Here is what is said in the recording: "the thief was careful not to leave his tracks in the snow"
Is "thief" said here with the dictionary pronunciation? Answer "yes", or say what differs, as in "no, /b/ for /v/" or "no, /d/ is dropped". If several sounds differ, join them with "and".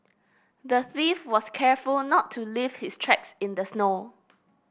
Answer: yes